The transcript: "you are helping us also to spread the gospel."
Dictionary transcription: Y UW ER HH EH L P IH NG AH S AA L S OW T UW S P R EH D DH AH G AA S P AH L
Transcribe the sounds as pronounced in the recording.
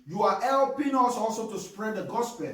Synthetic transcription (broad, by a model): Y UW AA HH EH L P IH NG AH S AA L S OW T UW S P R EH D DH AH G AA S P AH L